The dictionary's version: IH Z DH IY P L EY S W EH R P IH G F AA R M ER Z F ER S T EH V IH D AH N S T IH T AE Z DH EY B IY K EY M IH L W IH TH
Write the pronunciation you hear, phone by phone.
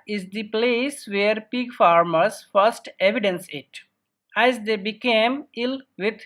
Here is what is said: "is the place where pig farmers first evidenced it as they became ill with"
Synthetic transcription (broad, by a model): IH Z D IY P L EY S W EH R P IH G F AA R M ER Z F ER S T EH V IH D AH N S IH T AE Z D EY B IY K EY M IH L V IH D